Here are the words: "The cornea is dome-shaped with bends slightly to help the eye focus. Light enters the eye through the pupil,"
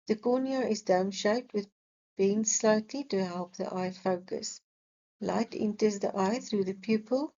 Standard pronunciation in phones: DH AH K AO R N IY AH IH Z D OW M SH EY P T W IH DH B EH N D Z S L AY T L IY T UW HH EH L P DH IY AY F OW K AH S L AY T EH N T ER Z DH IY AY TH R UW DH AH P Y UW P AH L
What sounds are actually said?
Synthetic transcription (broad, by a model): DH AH K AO N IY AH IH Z D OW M SH EY P T W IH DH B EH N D S L AY T L IY T UW HH EH L P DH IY AY F OW K AH S L AY T EH N T ER Z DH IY AY TH R UW DH AH P Y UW P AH L